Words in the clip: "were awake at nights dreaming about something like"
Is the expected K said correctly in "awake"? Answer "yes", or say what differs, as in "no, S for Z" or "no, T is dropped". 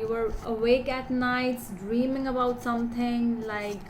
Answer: yes